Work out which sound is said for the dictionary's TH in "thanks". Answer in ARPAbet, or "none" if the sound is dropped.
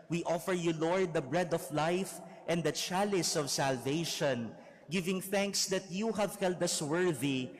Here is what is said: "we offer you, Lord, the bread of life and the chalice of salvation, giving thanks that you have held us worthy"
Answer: TH